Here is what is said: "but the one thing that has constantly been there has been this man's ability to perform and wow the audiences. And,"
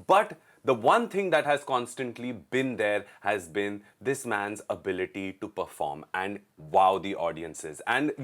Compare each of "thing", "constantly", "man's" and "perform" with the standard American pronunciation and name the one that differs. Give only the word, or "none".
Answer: thing